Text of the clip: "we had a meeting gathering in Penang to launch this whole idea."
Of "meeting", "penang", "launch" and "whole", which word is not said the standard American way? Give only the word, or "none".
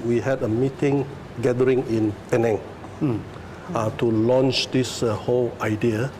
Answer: none